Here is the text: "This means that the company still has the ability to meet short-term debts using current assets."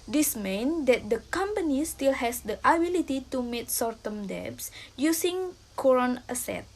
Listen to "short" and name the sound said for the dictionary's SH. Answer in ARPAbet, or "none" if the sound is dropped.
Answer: S